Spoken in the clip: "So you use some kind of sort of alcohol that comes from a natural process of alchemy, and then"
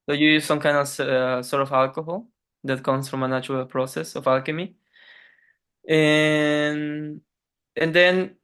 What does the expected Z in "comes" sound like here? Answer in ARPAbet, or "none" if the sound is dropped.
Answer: S